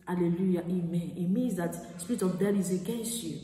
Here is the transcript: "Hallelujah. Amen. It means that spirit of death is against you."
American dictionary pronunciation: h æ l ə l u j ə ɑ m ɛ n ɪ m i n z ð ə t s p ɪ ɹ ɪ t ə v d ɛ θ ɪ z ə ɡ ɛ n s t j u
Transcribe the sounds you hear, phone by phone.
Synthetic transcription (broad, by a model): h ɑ l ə l u j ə ɑ m ɛ n ɪ m i n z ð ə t s p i ɹ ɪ t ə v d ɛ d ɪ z ə ɡ ɛ n s t j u